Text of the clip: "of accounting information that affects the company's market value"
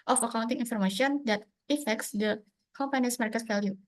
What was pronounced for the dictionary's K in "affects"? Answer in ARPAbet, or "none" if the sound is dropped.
K